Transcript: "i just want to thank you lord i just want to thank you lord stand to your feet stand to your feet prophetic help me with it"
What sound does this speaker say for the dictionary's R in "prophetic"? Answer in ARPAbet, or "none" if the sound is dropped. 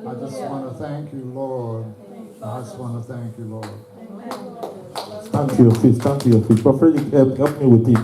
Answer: none